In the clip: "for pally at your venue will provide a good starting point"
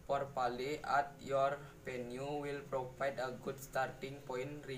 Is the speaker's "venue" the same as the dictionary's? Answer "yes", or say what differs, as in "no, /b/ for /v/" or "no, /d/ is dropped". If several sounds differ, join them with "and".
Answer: no, /p/ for /v/